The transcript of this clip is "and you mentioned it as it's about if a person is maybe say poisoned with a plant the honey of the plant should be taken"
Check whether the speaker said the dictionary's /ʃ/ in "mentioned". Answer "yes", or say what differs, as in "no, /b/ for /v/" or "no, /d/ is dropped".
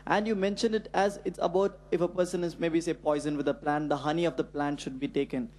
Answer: yes